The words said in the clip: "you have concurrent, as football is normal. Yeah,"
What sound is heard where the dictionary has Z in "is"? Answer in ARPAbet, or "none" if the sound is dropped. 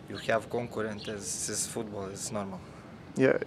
S